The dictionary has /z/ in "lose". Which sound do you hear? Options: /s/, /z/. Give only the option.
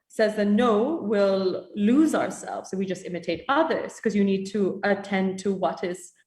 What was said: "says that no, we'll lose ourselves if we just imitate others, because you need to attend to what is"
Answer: /z/